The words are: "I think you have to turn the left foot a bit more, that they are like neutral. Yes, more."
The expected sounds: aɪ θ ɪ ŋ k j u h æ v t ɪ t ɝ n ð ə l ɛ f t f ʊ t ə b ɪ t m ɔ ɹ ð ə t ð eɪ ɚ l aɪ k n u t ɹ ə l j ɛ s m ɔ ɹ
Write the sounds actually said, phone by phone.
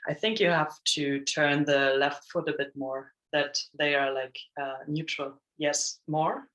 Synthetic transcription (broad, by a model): aɪ θ ɪ ŋ k j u h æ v t ɪ t ɝ n ð ə l ɛ f t f ʊ t ə b ɪ t m ɔ ɹ ð ə t ð eɪ ɚ l aɪ k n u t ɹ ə l j ɛ s m ɔ ɹ